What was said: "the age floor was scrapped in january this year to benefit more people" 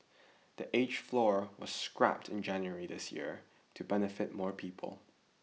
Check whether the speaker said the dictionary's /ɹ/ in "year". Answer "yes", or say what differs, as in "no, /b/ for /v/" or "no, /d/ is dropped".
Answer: yes